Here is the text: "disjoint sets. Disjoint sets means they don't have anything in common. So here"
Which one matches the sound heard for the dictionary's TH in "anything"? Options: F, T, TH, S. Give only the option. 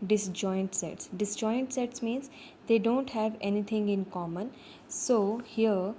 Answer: T